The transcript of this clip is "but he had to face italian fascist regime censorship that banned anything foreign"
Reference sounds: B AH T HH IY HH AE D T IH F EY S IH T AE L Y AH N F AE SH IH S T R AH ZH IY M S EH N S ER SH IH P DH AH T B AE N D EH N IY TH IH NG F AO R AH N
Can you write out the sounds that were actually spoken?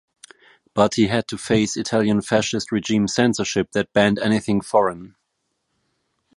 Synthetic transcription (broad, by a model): B AH T HH IY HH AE D T IH F EY S IH T AE L Y AH N F AE SH IH S T R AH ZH IY M S EH N S ER SH IH P DH AH T B AE N D EH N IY TH IH NG F AO R AH N